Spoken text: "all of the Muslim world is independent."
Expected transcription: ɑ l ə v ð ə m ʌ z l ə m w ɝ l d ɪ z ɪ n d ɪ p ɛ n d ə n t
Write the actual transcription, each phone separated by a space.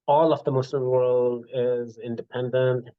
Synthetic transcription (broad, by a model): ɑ l ə v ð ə m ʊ s l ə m w ɝ l d ɪ z ɪ n d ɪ p ɛ n d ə n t